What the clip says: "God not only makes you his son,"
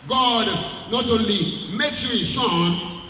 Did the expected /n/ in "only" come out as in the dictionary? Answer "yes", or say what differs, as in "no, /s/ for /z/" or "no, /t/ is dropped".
no, /n/ is dropped